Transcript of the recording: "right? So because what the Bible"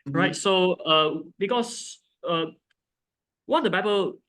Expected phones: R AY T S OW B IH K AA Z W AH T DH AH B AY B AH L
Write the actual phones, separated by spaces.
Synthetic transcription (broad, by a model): R AY T S OW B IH K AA S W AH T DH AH B AY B AH L